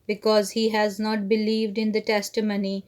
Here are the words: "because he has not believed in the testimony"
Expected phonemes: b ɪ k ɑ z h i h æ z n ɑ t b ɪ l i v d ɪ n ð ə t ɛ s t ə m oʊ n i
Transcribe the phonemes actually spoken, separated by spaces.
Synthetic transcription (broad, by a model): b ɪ k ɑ z h i h æ z n ɑ t b ɪ l i v d ɪ n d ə t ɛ s t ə m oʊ n i